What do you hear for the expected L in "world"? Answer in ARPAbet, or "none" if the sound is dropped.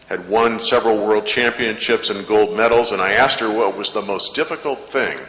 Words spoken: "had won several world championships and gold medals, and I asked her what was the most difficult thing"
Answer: L